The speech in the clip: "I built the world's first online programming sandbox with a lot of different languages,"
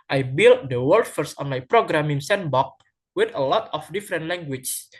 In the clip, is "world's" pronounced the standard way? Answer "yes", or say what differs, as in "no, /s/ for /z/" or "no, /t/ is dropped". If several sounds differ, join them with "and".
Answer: no, /z/ is dropped